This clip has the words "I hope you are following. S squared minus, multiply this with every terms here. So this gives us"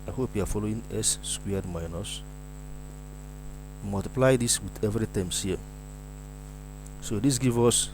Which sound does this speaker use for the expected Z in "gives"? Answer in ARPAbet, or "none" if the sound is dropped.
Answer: none